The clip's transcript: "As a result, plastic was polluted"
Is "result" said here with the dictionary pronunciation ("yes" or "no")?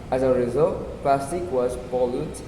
yes